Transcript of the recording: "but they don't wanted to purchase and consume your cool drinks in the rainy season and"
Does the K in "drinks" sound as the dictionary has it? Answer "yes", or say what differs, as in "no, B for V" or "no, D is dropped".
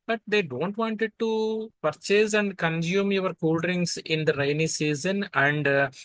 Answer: no, K is dropped